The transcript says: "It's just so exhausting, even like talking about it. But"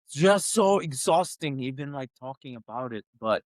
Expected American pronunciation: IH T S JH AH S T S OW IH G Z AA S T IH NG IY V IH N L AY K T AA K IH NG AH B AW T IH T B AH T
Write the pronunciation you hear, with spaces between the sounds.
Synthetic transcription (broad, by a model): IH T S JH AH S T S OW IH G Z AA S T IH NG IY B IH N L AY K T AA K IH NG AH B AW T IH T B AH T